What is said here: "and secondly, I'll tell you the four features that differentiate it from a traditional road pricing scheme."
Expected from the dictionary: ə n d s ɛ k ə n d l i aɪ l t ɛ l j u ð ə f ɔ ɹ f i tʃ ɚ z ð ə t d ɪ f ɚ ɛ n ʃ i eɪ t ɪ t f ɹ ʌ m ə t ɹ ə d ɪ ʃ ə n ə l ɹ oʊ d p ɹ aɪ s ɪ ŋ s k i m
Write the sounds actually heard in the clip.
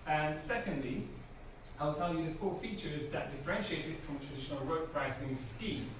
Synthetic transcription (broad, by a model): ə n s ɛ k ə n d l i aɪ l t ɛ l j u ð ə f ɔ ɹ f i tʃ ɚ z ð ə t d ɪ f ɚ ɛ n ʃ i eɪ t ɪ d f ɹ ʌ m t ɹ ə d ɪ ʃ ə n ə l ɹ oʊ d p ɹ aɪ s ɪ ŋ s k i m